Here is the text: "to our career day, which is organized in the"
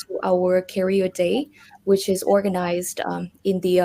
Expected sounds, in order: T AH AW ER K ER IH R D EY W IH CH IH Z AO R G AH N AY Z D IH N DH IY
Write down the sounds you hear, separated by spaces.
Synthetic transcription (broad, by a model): T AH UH ER K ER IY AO D EY W IH CH IH Z AO R G AH N AY Z D IH N DH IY